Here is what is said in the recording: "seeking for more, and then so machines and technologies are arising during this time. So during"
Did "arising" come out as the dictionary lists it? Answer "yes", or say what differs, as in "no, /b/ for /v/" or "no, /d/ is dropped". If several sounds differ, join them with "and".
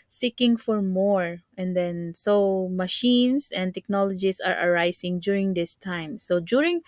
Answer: no, /s/ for /z/